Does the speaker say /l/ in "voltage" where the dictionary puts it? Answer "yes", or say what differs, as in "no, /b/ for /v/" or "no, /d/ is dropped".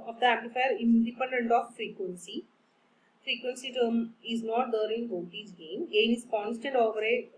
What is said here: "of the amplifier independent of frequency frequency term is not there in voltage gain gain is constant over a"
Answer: no, /l/ is dropped